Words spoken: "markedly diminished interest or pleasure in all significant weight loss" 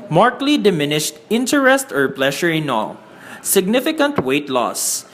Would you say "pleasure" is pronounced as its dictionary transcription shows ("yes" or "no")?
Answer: no